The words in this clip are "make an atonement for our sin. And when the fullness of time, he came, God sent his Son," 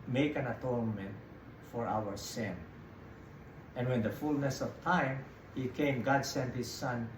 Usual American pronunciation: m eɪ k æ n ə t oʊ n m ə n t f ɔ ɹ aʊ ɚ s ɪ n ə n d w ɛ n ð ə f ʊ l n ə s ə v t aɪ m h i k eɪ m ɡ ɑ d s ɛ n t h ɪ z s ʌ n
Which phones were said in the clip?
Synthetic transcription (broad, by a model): m eɪ k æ n ə t oʊ n m ə n t f ɔ ɹ aʊ ɚ s ɪ n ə n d w ɛ n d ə f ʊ l n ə s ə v t aɪ m h i k eɪ m ɡ ɑ d s ɛ n t h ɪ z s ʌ n